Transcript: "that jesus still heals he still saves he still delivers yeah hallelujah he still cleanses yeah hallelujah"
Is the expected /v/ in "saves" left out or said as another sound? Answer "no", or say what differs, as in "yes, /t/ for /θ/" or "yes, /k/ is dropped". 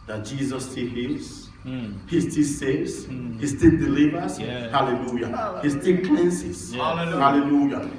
yes, /v/ is dropped